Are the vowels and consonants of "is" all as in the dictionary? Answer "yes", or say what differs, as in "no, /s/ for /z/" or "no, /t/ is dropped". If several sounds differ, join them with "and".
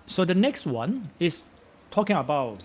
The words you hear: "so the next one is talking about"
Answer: no, /s/ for /z/